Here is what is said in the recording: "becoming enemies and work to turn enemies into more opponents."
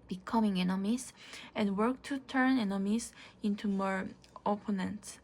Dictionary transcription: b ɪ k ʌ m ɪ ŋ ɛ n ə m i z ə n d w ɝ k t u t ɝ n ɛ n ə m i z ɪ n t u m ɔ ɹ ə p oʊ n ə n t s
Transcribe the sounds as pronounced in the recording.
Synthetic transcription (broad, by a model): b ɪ k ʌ m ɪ ŋ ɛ n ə m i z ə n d w ɝ k t u t ɝ n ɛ n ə m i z ɪ n t u m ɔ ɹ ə p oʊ n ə n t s